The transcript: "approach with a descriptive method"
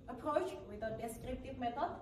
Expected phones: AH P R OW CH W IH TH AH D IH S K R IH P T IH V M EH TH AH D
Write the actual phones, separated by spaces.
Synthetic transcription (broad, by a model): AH P R OW CH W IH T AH D IH S K R IH P T IH V M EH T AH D